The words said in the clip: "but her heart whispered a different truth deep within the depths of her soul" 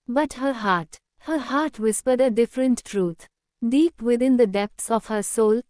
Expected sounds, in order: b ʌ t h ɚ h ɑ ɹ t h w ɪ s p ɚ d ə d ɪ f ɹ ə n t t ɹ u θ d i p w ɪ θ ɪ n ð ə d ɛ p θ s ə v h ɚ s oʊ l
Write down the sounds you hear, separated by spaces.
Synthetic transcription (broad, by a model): b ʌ t h ɚ h ɑ ɹ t h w ɪ s p ɚ d ə d ɪ f ɹ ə n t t ɹ u t d i p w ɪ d ɪ n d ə d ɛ p t s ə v h ɚ s oʊ l